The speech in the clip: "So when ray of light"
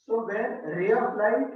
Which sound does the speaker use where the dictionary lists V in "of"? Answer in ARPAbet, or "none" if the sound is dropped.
B